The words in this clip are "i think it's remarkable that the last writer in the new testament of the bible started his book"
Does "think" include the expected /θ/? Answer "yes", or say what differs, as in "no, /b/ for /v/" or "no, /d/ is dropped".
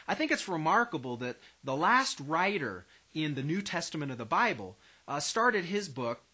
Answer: yes